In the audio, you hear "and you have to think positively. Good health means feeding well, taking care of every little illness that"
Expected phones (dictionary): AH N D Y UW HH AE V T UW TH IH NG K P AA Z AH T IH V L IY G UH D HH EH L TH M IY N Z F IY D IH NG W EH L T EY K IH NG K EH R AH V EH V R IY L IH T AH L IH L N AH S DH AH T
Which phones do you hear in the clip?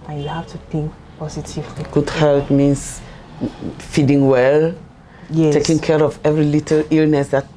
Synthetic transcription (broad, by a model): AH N Y UW HH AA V T UW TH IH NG K P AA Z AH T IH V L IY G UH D HH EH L T M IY N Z F IY D IH NG W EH L T EY K IH NG K EH R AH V EH V R IY L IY T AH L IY L N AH S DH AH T